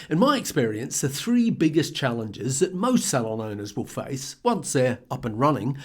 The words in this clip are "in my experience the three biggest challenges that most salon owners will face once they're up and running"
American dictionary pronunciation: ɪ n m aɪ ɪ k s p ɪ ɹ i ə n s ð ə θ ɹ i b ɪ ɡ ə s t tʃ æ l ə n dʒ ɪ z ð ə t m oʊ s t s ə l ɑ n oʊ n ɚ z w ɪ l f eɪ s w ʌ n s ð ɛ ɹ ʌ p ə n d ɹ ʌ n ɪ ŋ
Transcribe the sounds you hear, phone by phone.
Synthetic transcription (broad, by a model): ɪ n m aɪ ɪ k s p ɪ ɹ i ə n s ð ə θ ɹ i b ɪ ɡ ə s tʃ æ l ə n dʒ ɪ z ð ə t m oʊ s t s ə l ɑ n oʊ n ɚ z w ɪ l f eɪ s w ʌ n s ð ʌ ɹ ʌ p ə n ɹ ʌ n ɪ ŋ